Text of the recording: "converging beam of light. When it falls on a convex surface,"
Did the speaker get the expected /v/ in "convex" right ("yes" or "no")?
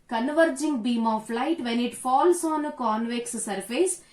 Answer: yes